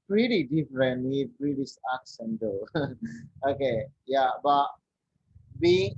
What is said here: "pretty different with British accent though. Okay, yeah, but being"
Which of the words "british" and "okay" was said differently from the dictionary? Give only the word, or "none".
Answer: british